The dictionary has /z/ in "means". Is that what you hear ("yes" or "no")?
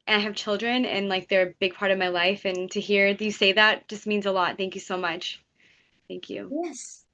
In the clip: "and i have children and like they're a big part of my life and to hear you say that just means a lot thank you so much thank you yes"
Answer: yes